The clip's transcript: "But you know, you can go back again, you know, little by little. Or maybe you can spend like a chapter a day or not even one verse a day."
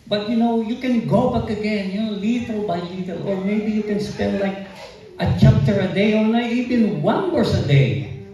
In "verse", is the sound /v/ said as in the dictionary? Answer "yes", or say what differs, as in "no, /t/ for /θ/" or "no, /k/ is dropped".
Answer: no, /w/ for /v/